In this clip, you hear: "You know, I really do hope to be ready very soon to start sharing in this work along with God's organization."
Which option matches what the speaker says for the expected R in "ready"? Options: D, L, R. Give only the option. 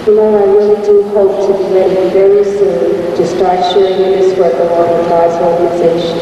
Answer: L